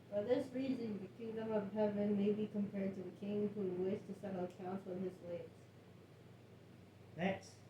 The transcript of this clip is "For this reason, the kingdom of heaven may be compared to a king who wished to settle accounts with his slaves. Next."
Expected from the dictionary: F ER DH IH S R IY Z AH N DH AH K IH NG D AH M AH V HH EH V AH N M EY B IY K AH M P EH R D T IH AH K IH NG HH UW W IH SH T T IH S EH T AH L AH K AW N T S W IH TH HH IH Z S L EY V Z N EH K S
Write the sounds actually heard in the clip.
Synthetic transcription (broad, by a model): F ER DH IH S R IY Z AH N DH AH K IH NG D AH M AH V HH EH V AH N M EY B IY K AH M P EH R D T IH AH K IH NG HH UW W IH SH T T IH S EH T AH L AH K AW N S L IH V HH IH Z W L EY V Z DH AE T S